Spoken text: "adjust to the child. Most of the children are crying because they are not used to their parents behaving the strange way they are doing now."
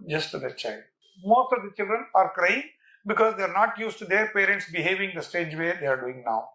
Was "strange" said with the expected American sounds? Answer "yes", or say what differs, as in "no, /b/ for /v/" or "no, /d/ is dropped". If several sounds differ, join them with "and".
no, /ɹ/ is dropped and /n/ is dropped